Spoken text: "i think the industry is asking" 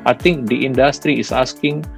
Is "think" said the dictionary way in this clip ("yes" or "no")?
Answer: no